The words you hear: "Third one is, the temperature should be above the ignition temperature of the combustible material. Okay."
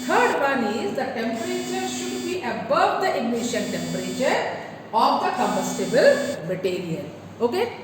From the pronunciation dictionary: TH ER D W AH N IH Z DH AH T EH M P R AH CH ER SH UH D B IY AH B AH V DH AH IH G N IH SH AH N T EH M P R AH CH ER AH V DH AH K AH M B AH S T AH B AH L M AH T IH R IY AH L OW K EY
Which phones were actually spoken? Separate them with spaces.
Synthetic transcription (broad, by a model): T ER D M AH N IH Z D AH T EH M P R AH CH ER SH UH D B IY AH B AH V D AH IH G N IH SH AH N T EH M P R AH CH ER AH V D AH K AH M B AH S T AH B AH L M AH T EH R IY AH N OW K EY